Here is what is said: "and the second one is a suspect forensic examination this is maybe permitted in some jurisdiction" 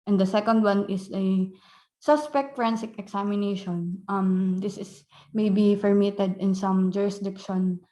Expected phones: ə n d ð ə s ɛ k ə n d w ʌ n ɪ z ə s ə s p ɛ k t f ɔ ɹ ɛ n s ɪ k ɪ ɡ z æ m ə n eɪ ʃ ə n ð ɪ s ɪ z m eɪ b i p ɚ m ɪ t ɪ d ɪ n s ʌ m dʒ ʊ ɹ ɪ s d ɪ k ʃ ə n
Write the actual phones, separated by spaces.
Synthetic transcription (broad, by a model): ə n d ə s ɛ k ə n d w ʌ n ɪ s ə s ə s p ɛ k t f ɹ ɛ n s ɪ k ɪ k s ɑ m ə n eɪ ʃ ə n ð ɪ s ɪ s m eɪ b i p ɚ m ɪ t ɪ d ɪ n s ʌ m dʒ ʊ ɹ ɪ s d ɪ k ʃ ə n